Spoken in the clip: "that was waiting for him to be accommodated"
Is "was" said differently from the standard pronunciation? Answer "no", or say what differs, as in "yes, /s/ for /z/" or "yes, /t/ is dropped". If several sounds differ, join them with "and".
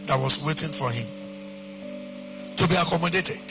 yes, /s/ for /z/